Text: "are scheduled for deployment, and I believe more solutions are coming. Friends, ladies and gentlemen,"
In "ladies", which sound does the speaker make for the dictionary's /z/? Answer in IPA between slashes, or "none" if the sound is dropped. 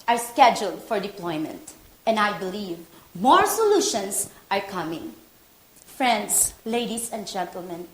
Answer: /s/